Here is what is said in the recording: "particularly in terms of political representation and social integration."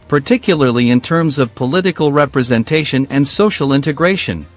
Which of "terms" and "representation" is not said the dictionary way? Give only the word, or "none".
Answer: none